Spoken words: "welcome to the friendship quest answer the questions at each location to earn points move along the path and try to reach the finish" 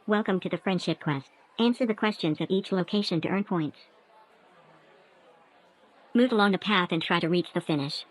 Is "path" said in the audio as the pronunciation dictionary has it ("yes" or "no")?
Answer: yes